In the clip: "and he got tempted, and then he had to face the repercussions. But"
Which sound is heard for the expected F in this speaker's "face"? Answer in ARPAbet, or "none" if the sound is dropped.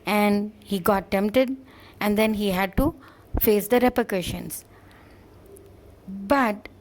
F